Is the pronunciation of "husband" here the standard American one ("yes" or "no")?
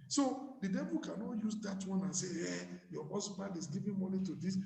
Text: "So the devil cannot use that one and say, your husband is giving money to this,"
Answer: no